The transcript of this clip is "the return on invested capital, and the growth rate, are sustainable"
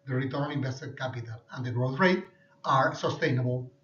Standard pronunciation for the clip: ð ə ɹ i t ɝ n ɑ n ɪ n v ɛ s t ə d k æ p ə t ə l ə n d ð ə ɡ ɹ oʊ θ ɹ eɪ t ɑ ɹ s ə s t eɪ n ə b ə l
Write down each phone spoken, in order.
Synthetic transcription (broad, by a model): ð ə ɹ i t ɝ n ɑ l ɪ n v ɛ s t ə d k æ p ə t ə l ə n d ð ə ɡ ɹ oʊ θ ɹ eɪ t ɑ ɹ s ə s t eɪ n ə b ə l